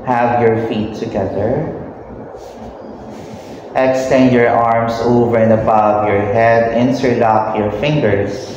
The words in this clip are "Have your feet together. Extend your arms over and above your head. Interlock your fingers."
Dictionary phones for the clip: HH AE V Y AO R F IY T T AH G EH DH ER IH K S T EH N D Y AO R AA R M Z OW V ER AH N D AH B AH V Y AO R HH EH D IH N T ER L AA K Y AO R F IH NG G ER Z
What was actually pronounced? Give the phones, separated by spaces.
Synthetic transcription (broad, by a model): HH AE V Y AO R F IY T T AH G EH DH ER IH K S T EH N D Y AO R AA R M S OW V ER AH N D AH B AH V Y AO R HH EH D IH N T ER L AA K Y AO R F IH NG G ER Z